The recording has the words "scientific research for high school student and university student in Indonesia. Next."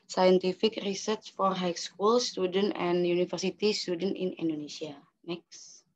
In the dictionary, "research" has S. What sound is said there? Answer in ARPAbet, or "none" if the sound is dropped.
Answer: S